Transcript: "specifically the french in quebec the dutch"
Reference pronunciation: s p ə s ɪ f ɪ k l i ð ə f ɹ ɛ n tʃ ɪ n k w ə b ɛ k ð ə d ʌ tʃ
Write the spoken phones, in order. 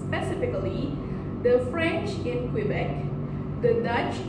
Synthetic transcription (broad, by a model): p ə s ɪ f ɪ k l i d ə f ɹ ɛ n tʃ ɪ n k w ə b ɛ k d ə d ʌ tʃ